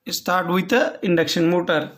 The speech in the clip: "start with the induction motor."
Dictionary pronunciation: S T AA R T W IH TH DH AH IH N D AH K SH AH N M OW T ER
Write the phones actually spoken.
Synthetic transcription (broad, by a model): S T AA R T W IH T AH IH N D AH K SH AH N M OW T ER